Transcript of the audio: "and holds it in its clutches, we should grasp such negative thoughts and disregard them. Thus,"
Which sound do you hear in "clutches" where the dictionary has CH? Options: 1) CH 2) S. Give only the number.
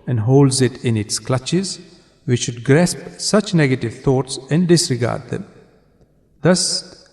1